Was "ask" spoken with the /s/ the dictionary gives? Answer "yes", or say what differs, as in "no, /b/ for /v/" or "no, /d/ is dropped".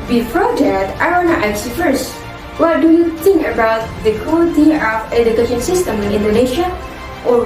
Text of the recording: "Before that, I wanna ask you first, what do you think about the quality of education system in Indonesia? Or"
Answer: no, /s/ is dropped